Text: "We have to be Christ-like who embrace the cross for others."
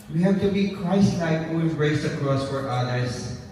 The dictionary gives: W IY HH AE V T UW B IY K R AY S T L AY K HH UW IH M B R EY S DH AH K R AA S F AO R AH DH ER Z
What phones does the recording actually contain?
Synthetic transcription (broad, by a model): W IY HH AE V T UW B IY K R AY S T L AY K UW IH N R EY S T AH K R AA S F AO R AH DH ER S